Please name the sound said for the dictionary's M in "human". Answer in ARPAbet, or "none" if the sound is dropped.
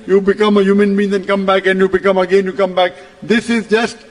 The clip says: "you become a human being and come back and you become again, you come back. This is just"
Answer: M